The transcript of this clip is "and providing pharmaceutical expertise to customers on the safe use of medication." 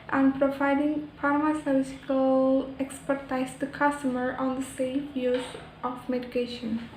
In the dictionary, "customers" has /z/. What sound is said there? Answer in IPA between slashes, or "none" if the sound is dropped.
none